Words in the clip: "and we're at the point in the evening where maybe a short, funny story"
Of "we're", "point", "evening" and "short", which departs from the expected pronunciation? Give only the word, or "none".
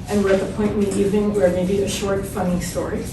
evening